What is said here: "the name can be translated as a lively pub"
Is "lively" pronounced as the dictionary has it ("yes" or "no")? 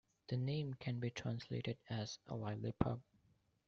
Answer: no